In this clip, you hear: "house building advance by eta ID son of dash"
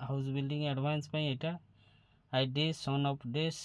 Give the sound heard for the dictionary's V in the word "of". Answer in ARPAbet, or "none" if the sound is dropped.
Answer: P